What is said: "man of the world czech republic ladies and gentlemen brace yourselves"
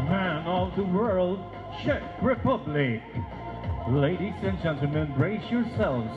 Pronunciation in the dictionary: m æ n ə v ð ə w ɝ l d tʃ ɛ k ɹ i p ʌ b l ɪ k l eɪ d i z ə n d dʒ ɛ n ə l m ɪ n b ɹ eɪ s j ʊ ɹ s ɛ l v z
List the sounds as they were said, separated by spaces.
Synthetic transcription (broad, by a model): m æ n ə v ð ə w ɝ l d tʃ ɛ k ɹ i p ʌ b l ɪ k l eɪ d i s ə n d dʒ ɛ n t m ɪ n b ɹ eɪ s j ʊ ɹ s ɛ l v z